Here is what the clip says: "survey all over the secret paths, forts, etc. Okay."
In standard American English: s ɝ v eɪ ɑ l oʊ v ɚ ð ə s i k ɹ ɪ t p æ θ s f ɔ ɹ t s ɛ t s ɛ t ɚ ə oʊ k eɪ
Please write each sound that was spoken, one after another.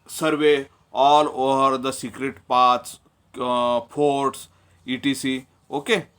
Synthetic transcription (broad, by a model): s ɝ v eɪ ɑ l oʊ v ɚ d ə s i k ɹ ɪ t p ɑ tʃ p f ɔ ɹ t s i t i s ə oʊ k eɪ